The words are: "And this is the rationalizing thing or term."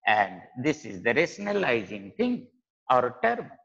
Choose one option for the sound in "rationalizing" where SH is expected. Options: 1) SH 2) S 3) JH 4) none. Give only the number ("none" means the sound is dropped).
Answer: 2